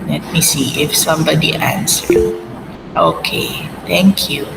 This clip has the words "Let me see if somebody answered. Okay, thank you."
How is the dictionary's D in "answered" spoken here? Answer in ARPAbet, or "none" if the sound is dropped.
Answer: none